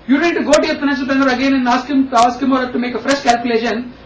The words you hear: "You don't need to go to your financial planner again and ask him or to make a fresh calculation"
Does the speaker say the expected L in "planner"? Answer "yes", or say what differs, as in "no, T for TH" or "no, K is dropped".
no, L is dropped